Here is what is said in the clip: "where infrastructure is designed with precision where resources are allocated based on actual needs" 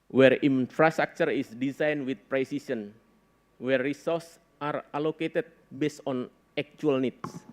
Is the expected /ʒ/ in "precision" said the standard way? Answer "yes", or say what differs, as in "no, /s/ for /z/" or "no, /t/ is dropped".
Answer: no, /s/ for /ʒ/